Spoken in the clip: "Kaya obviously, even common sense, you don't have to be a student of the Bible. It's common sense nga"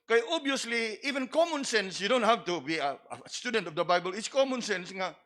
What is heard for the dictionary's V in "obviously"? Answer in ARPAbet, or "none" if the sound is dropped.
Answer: none